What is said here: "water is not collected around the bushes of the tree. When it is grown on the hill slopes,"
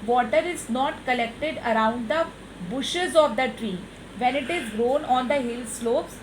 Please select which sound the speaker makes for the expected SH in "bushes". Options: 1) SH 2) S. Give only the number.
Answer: 1